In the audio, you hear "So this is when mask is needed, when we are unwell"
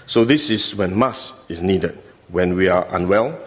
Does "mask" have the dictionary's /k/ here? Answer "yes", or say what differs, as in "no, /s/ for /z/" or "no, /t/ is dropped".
no, /k/ is dropped